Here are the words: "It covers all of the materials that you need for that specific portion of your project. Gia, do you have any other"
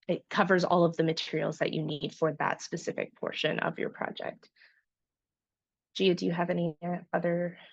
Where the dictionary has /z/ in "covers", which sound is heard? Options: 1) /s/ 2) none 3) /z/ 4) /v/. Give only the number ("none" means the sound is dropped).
3